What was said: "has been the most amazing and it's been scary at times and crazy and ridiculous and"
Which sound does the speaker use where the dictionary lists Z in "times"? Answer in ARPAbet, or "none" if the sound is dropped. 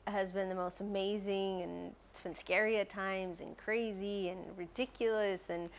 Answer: Z